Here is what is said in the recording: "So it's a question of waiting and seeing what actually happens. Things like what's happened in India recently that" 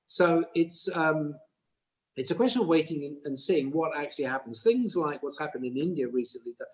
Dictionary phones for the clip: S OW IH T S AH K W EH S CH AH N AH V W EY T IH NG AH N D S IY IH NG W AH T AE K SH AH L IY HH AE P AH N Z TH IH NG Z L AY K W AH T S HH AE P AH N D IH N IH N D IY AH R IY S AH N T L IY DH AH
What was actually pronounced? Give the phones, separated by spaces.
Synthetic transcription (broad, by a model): S OW IH T S AH K W EH S CH AH N AH V W EY T IH NG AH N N S IY IH NG W AH T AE K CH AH L IY HH AE P AH N Z TH IH NG Z L AY K W AH T S HH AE P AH N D IH N IH N D IY AH R IY S AH N T L IY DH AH